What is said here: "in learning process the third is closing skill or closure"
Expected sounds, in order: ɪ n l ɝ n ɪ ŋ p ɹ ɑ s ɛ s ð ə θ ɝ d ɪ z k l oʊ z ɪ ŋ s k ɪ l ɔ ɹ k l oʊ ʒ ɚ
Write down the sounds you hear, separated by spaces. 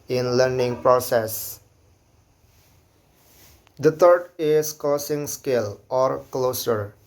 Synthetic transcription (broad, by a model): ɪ n l ɝ n ɪ ŋ p ɹ ɑ s ɛ s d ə t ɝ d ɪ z k oʊ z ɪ ŋ s k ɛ l ɔ ɹ k l oʊ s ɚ